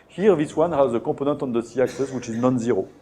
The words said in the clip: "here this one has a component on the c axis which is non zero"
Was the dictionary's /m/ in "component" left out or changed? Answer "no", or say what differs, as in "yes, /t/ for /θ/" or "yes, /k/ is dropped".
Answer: yes, /m/ is dropped